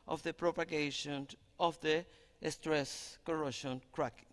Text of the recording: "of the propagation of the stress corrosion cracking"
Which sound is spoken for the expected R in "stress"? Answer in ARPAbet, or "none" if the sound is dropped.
R